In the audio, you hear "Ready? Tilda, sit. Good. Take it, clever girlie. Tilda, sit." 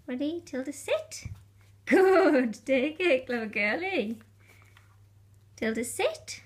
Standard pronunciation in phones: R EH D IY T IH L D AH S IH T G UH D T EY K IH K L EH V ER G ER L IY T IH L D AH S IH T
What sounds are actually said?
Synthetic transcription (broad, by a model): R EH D IY T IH L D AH S IH T G UH D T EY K IH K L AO UH G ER L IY T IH L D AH S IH T